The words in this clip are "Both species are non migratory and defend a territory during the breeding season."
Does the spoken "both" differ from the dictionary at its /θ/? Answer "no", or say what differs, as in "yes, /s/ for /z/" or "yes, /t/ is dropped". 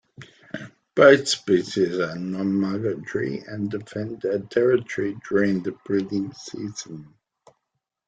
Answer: no